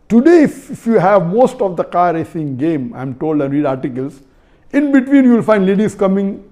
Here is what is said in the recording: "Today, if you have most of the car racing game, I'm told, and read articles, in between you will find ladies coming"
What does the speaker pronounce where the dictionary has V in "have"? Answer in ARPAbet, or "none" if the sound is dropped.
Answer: V